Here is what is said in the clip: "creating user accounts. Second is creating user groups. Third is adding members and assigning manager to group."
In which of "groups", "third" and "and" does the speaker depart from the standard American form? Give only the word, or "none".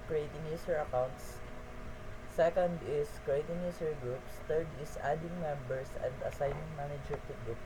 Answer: third